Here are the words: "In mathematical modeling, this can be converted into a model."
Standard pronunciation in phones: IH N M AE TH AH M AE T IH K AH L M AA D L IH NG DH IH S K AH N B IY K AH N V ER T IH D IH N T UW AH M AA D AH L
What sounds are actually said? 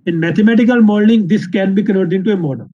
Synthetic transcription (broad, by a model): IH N M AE T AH M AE T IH K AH L M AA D N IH NG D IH S K AH N B IY K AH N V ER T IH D IH N T UW AH M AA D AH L